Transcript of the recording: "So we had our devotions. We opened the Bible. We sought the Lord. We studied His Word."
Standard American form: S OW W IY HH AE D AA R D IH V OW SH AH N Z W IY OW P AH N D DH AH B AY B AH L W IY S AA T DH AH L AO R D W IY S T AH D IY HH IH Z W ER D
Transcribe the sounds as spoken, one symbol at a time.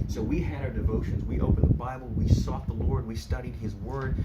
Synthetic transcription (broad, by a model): S OW W IY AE D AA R D IH V OW SH AH N Z W IY OW P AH N DH AH B AY B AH L W IY S AA T DH AH L AO R D W IY S T AH D IY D IH Z W ER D